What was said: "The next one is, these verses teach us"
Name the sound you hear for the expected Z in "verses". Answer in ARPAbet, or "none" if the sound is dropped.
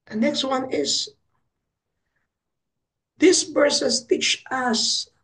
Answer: S